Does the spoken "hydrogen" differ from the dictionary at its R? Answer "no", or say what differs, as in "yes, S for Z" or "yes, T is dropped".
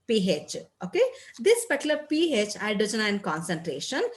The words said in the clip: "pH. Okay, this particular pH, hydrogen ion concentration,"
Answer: yes, R is dropped